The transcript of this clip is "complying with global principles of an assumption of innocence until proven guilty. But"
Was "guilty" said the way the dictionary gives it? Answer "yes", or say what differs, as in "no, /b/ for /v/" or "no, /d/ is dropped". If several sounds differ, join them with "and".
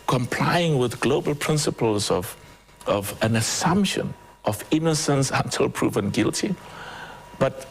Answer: yes